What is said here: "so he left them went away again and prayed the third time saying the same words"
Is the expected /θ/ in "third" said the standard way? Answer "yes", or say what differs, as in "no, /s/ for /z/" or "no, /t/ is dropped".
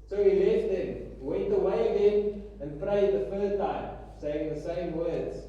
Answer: no, /f/ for /θ/